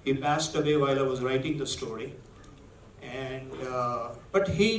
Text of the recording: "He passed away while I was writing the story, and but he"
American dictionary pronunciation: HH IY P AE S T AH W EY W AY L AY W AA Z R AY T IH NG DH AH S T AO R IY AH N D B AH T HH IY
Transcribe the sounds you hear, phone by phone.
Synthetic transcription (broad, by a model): HH IY P AE S T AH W EY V AY L AY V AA Z R AY T IH NG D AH S T AO R IY AH N D B AH T HH IY